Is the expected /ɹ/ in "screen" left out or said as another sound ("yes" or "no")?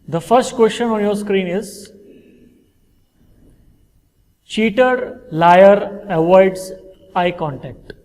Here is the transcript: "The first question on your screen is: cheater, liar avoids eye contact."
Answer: no